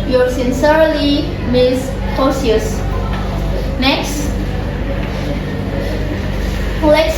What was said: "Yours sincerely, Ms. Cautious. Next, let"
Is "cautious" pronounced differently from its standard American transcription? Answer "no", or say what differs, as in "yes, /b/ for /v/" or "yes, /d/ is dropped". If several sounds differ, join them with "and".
yes, /s/ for /ʃ/